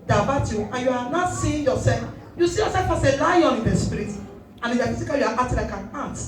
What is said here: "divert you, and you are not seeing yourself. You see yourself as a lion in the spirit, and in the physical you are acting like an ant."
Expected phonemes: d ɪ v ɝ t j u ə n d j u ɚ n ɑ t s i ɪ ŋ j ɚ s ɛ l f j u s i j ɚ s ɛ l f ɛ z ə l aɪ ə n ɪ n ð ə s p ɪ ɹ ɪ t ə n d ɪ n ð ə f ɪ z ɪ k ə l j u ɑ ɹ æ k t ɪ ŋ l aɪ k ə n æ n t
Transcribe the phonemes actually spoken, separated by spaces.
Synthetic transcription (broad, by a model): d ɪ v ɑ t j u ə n j u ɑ n ɑ t s i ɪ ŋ j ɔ s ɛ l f j u s i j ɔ s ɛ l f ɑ s ə l aɪ ə n ɪ n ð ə s p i ɹ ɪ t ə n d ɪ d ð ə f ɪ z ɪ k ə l j u ɑ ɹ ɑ t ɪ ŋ l aɪ k ə n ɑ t